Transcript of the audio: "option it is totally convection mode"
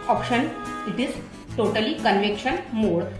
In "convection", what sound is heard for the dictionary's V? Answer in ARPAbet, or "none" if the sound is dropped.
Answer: V